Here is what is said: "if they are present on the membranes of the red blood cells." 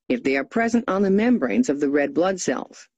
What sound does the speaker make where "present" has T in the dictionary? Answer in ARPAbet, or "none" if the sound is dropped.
T